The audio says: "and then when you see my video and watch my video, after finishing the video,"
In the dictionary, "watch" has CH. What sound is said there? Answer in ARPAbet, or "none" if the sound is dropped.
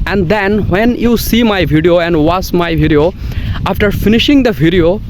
S